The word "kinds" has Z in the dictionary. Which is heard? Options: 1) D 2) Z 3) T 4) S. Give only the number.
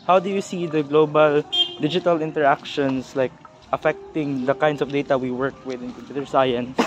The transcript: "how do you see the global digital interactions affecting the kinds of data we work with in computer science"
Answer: 4